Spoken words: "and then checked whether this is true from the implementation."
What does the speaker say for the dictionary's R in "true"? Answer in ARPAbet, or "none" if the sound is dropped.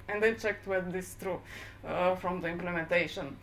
R